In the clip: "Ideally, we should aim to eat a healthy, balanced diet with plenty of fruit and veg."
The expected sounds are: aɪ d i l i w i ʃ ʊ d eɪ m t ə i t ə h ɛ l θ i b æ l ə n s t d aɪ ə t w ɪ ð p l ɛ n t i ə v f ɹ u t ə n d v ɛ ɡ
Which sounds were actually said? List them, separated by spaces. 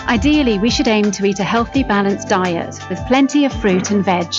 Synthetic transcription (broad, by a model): aɪ d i l i w i ʃ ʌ d eɪ m t ə i t ə h ɛ l θ i b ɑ l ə n s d aɪ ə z w ɪ ð p l ɛ n t i ə v f ɹ u t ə n v ɛ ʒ